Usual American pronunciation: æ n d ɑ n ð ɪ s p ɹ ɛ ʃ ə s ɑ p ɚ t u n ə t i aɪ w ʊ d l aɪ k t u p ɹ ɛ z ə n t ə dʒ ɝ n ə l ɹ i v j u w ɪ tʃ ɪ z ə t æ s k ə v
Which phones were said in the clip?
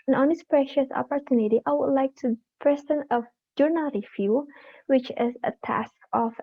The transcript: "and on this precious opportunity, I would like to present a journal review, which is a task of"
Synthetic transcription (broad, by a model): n ɑ n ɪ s p ɹ ɛ ʃ ə s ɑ p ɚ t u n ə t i aɪ w ʊ d l aɪ k t u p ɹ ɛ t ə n ə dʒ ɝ n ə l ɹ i f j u w ɪ tʃ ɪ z ə t æ s k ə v